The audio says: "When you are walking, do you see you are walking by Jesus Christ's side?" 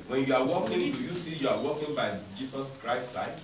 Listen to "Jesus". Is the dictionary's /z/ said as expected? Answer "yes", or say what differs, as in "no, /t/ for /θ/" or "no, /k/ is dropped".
no, /s/ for /z/